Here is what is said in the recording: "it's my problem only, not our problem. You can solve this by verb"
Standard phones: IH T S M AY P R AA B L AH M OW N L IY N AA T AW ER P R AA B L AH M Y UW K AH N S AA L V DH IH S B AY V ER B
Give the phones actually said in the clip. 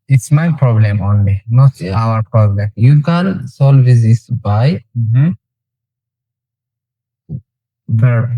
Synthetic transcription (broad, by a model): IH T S M AY P R AA B L AH M OW N L IY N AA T AW ER P R AA B L AH M Y UW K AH L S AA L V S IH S B AY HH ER